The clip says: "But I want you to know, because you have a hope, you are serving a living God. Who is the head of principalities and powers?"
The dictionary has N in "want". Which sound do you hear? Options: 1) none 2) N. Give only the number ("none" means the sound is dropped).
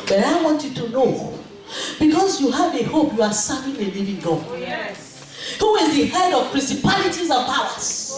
2